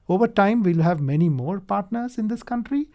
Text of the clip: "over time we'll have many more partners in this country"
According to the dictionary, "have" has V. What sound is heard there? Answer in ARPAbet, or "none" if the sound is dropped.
V